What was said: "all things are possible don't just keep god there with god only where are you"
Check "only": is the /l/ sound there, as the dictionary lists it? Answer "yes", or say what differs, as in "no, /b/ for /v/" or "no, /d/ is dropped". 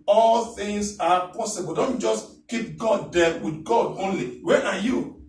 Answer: yes